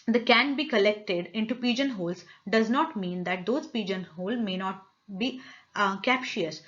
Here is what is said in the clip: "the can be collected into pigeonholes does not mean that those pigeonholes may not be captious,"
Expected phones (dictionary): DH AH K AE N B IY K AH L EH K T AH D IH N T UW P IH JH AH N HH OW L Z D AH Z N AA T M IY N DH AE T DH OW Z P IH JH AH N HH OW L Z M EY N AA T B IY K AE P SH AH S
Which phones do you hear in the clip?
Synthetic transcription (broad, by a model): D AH K AE N B IY K AH L EH K T AH D IH N T UW P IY JH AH N HH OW L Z D AH Z N AA T M IY N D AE T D OW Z P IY JH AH N HH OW L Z M EY N AA T B IY K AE P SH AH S